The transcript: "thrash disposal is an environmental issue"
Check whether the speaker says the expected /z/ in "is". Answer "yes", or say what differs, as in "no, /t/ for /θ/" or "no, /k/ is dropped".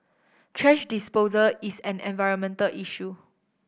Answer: no, /s/ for /z/